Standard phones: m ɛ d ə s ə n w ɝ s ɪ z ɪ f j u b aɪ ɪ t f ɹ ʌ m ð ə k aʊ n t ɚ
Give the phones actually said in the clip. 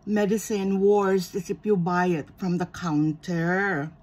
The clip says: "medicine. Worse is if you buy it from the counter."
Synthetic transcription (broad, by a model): m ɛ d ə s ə n w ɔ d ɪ s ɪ p j u b aɪ ɪ t f ɹ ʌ m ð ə k aʊ n t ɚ